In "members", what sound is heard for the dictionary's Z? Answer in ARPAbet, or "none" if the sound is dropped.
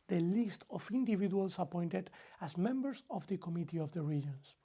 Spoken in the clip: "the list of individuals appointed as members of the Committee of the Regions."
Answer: S